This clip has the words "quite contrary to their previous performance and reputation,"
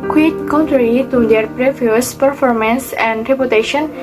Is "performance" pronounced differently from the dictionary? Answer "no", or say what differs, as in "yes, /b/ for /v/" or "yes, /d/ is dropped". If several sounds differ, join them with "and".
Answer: no